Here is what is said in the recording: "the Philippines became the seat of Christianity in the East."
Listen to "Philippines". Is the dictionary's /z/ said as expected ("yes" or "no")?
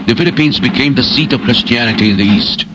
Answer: yes